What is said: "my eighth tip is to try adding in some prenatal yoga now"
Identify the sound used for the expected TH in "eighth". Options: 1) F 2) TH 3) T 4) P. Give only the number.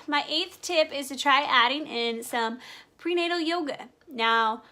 2